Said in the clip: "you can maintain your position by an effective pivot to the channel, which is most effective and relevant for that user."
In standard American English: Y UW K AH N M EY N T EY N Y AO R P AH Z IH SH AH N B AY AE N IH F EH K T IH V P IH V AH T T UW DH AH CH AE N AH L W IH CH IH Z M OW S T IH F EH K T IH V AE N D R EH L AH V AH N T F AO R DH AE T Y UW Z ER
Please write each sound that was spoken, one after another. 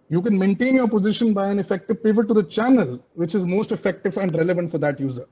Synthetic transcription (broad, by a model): Y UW K AH N M EY N T EY N Y AO R P AH Z IH SH AH N B AY AE N IH F EH K T IH V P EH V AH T T UW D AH CH AE N AH L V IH CH IH Z M OW S T IH F EH K T IH V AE N D R EH L AH V AH N T F AO R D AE T Y UW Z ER